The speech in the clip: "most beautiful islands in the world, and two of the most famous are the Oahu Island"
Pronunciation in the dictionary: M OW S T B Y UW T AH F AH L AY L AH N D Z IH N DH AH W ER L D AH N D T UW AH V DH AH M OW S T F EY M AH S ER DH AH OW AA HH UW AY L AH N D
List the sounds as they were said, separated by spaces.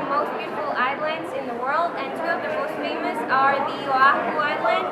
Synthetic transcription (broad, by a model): M OW S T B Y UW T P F L AY L AH N D Z IH N DH AH W ER L D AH N T UW AH V DH AH M OW S T F EY M AH S ER DH AH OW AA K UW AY L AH N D